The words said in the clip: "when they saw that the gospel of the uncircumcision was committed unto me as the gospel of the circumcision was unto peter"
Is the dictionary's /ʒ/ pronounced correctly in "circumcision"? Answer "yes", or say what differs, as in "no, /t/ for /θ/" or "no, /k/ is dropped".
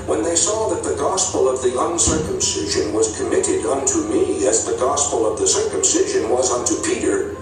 yes